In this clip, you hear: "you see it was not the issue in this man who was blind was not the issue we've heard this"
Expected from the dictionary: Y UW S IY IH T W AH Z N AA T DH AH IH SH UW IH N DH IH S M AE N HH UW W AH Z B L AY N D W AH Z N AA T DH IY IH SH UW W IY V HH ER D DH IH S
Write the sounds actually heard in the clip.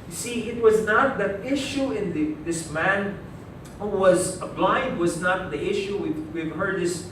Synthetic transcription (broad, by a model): Y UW S IY IH T W AH Z N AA T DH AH IH SH UW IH N DH IH S M AE N HH UW W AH Z B L AY N D W AH Z N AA T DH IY IH SH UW W IY V HH ER D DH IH S